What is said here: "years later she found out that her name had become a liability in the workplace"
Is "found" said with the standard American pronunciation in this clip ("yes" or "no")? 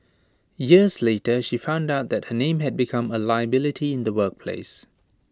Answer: yes